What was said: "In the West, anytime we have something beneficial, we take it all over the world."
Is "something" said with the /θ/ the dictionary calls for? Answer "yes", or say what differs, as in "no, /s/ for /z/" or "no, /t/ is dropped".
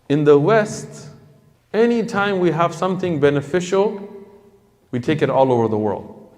yes